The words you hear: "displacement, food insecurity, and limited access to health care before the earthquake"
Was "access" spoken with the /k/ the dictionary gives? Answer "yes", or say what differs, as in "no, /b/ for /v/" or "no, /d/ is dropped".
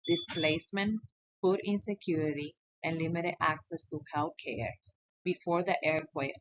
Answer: yes